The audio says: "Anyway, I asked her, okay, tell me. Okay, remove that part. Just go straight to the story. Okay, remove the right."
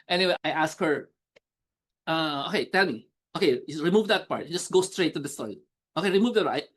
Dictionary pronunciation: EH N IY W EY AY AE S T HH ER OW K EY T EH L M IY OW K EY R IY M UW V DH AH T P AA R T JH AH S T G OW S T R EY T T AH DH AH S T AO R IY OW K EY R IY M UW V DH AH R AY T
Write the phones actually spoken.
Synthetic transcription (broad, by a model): EH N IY W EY AY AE S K HH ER OW K EY T EH L M IY OW K EY R IY M UW V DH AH T P AA R T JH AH S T G OW S T R EY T T AH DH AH S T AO IY OW K EY R IY M UW V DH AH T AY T